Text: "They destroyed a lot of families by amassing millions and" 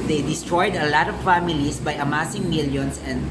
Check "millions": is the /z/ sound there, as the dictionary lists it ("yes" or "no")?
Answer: no